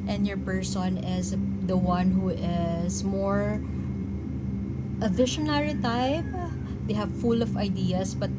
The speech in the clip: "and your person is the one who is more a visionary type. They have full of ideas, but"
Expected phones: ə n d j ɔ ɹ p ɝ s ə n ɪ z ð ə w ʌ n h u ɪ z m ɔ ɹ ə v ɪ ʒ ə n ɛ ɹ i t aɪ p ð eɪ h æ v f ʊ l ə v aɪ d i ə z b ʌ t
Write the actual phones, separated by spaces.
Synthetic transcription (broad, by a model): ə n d j ɔ ɹ p ɝ s ə n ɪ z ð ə w ʌ n h u ɪ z m ɔ ɹ ə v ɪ ʃ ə n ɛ ɹ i t aɪ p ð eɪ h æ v f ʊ l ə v aɪ d i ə s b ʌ t